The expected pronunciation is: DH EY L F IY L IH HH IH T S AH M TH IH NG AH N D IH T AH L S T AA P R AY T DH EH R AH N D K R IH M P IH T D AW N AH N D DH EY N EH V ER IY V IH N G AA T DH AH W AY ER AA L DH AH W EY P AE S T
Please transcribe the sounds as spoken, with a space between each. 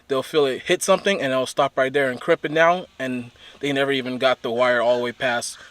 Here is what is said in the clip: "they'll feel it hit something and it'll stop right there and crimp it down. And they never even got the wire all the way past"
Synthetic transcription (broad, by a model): DH EY L F IY L IH HH IH T S AH M TH IH NG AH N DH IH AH L S T AA P R AY T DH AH R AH N K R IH P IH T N AW AH N DH EY N EH V ER IY V IH N G AA T DH AH W AY ER AA L W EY P AE S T